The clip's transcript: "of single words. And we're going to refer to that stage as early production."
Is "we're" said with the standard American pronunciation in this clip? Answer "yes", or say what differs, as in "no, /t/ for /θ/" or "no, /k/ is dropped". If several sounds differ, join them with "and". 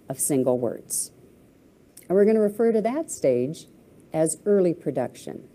yes